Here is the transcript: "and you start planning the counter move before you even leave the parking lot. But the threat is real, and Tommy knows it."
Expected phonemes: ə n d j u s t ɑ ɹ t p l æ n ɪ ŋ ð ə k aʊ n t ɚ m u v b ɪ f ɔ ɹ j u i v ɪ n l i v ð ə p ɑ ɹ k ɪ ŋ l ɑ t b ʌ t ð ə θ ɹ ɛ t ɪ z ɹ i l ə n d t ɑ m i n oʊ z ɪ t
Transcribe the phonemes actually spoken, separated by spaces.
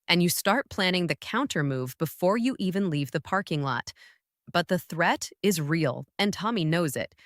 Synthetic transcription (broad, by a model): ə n j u s t ɑ ɹ t p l æ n ɪ ŋ ð ə k aʊ n t ɚ m u v b ɪ f ɔ ɹ j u i v ɪ n l i v ð ə p ɑ ɹ k ɪ ŋ l ɑ t b ʌ t ð ə θ ɹ ɛ t ɪ z ɹ i l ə n t ɑ m i n oʊ z ɪ t